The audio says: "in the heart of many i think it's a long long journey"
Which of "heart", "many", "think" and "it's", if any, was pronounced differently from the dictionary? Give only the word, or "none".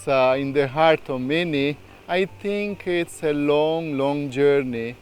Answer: think